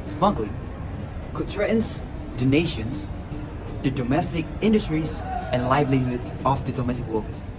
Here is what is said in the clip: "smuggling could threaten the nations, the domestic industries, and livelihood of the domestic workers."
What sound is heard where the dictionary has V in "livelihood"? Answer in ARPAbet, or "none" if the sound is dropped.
V